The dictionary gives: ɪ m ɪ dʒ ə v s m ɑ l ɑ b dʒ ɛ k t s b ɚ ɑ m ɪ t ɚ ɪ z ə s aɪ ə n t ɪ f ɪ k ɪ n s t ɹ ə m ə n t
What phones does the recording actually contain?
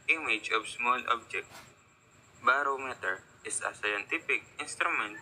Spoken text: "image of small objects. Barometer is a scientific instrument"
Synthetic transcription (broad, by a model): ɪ m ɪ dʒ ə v s m ɑ l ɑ b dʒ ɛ k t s b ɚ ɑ m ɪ t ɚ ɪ s ə s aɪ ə n t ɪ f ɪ k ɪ n s t ɹ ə m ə n t